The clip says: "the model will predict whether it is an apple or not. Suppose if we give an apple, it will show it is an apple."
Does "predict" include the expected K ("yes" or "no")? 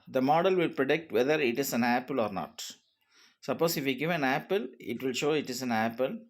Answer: yes